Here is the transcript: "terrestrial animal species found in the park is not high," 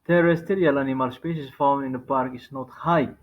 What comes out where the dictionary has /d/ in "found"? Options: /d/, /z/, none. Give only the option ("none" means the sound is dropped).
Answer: none